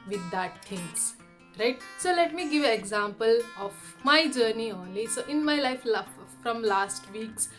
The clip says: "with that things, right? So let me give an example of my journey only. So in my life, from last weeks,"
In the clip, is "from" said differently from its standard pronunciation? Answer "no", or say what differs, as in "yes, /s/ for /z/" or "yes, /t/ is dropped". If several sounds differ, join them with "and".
no